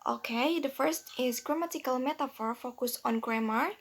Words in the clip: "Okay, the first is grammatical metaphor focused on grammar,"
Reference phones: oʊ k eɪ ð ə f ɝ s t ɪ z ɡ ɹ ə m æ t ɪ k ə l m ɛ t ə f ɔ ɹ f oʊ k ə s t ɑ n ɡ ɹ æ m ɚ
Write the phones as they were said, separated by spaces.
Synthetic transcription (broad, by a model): oʊ k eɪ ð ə f ɝ s t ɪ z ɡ ɹ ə m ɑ t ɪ k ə l m ɛ t ə f ɔ ɹ f oʊ k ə s ɑ n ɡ ɹ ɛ m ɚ